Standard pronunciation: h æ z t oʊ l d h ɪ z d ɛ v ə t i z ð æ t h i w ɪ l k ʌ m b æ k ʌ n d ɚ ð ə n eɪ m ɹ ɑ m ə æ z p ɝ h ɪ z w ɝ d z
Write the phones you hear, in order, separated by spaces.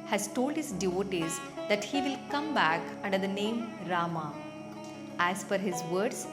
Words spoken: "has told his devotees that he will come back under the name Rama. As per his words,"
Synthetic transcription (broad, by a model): h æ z t oʊ l d h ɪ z d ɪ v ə t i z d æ t h i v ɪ l k ʌ m b æ k ʌ n d ɚ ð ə n eɪ m ɹ ɑ m ə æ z f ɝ h ɪ z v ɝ d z